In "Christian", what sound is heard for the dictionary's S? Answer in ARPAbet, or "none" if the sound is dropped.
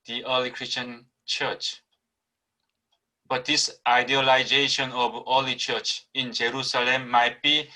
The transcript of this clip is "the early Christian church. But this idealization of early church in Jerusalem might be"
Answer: S